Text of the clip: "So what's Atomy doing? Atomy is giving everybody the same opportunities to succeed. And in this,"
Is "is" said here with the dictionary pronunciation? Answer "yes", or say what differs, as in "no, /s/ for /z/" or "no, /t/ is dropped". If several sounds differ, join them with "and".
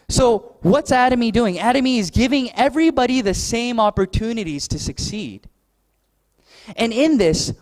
yes